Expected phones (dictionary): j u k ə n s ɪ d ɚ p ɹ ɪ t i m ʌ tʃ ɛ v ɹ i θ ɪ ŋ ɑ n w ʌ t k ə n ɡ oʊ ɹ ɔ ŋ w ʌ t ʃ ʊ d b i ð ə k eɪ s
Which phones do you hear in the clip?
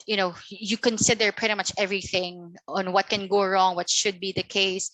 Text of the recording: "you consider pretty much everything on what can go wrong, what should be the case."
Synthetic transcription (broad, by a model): j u k ə n s ɪ d ɚ p ɹ ɪ t i m ʌ tʃ ɛ v ɹ i θ ɪ ŋ ɑ n w ʌ t k ə n ɡ oʊ ɹ ɔ ŋ w ʌ t ʃ ʊ d b i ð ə k eɪ s